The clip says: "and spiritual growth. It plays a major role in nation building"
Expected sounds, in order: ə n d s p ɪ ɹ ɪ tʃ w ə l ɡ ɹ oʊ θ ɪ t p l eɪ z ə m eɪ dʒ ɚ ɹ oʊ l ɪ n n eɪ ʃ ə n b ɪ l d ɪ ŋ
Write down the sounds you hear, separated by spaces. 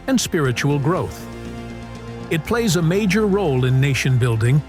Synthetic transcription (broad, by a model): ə n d s p ɪ ɹ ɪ tʃ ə l ɡ ɹ oʊ θ ɪ t p l eɪ z ə m eɪ dʒ ɚ ɹ oʊ l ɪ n n eɪ ʃ ə n b ɪ l d ɪ ŋ